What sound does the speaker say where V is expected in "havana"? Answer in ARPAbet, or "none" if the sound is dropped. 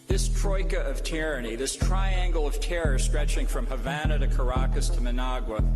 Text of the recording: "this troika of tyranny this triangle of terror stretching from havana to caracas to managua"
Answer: V